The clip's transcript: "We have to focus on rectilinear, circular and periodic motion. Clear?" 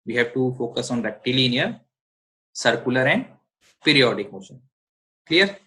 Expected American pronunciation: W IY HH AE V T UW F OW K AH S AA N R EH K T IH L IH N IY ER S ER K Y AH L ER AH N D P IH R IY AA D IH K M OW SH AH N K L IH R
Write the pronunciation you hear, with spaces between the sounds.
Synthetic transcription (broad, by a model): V IY HH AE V T UW F OW K AH S AA N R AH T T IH L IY N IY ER S ER K Y AH L ER AH N D P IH R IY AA D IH K M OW S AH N K L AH R